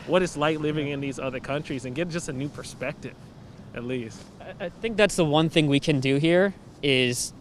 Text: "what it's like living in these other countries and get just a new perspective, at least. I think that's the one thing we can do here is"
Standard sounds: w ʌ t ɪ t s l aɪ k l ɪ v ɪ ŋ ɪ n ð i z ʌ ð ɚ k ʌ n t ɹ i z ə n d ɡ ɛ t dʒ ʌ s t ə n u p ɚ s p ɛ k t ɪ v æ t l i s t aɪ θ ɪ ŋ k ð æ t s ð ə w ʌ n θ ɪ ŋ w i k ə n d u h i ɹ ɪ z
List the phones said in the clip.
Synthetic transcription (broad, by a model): w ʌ t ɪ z l aɪ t l ɪ v ɪ ŋ ɪ n ð i z ʌ ð ɚ k ʌ n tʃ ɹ i z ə n ɡ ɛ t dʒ ʌ s t ə n u p ɚ s p ɛ k t ɪ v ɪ t l i s t aɪ θ ɪ ŋ k ð æ t s ð ə w ʌ n θ ɪ ŋ w i k ə n d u h i ɹ ɪ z